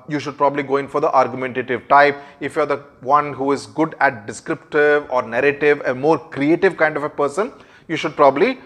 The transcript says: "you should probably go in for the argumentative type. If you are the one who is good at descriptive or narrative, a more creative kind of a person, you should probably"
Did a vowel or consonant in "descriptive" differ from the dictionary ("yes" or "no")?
no